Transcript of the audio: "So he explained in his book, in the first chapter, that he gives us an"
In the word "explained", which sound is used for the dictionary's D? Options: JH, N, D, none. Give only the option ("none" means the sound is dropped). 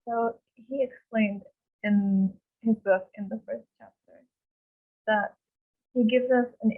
D